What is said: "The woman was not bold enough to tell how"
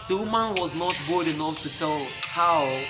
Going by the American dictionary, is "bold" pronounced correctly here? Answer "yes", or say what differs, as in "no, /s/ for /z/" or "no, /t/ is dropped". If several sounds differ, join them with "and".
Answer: no, /l/ is dropped